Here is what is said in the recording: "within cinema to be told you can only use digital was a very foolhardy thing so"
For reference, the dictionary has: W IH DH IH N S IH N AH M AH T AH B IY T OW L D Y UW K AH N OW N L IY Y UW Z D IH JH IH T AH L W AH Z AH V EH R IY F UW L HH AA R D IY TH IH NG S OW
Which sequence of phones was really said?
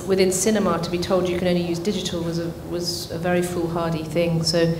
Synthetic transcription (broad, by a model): W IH DH IH N S IH N AH M AH T AH B IY T OW L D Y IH K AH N OW N L IY Y UW Z D IH JH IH T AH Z W AH Z AH V EH R IY F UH L HH AA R D IY TH IH NG S OW